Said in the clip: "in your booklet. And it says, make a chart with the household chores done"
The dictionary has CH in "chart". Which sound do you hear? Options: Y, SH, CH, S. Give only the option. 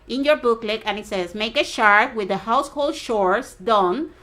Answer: SH